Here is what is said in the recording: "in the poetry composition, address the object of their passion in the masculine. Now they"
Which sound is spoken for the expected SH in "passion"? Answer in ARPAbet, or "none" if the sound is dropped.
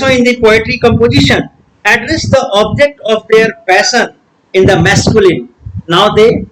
S